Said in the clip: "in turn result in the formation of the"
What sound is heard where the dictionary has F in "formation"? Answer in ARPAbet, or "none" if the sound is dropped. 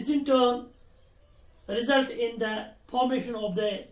P